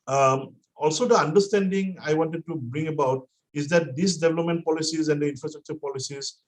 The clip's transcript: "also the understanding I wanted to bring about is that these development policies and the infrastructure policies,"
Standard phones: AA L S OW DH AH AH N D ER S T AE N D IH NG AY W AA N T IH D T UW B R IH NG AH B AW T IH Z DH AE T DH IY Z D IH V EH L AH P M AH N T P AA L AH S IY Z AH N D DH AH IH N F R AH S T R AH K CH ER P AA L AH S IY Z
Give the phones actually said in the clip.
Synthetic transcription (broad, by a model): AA L S OW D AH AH N D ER S T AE N D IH NG AY W AA N T IH D T UW B R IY NG AH B AW T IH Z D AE T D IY S D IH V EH L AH P M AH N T P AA L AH S IY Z AH N D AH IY N F R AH S T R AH K CH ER P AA L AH S IY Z